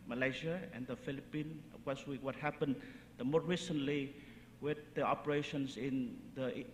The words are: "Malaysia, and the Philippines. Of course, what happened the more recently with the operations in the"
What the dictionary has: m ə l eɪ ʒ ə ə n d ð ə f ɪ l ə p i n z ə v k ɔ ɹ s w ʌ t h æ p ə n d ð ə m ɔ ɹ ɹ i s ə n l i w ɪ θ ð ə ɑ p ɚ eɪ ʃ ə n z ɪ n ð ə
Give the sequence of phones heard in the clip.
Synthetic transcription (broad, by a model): m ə l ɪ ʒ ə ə n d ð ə f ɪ l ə p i n ə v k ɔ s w w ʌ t h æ p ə n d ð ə m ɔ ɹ ɹ i s ə n l i w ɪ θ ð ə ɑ p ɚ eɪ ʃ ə n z ɪ n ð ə